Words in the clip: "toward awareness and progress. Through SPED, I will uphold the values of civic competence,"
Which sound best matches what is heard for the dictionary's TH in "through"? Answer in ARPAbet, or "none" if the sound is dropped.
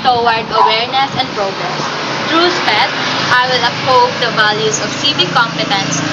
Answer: T